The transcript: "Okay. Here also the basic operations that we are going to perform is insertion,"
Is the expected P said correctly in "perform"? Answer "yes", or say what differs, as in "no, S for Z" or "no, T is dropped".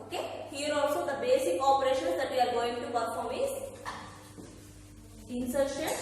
no, B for P